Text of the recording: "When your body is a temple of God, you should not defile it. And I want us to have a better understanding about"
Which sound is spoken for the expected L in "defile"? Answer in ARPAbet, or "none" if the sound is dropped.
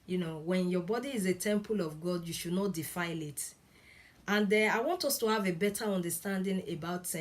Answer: L